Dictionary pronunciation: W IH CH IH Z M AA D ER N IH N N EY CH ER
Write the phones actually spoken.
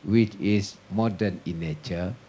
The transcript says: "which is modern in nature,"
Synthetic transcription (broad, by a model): W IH CH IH S M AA D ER N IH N N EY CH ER